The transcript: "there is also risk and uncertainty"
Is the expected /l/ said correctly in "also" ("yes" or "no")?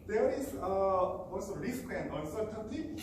no